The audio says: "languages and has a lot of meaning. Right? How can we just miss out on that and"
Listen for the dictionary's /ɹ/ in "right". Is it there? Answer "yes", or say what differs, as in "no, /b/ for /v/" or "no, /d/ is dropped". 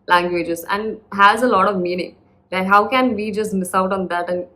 no, /l/ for /ɹ/